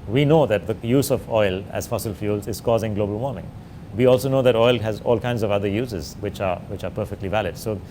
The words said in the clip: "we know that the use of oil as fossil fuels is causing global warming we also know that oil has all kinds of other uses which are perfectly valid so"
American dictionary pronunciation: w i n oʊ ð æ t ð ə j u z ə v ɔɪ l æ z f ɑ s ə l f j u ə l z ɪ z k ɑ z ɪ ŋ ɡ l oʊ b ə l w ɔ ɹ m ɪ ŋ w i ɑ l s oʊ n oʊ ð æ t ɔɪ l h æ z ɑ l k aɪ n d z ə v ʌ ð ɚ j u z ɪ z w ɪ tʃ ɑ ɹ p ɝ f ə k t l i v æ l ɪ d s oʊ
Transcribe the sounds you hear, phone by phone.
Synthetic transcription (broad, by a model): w i n oʊ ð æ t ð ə j u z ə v ɔɪ l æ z f ɑ s ə l f j u l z ɪ z k ɑ z ɪ ŋ ɡ l oʊ b ə l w ɔ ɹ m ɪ ŋ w i ɑ l s oʊ n oʊ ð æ t ɔɪ l h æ z ɑ l k aɪ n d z ə v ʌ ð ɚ j u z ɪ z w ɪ tʃ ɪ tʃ p ɝ f ə k t l i v æ l ɪ d s oʊ